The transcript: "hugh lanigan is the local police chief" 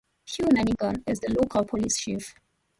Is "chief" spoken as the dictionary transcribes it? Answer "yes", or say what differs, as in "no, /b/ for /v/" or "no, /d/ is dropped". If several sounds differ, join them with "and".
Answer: no, /ʃ/ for /tʃ/